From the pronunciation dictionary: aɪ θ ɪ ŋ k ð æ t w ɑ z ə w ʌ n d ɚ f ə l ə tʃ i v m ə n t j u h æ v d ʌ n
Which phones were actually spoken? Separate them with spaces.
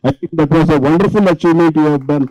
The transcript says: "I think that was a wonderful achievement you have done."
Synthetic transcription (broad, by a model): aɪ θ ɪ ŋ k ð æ t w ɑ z ə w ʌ n d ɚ f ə l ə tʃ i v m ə t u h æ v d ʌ n